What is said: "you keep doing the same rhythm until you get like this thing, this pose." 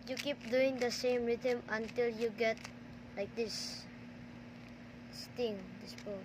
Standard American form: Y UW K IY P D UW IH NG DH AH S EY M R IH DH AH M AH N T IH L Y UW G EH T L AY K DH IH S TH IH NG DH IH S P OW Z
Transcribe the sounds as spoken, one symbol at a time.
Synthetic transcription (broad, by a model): Y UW K IY P D UW IH NG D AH S EY M R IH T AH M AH N T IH L Y UW G EH T L AY K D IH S T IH NG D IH S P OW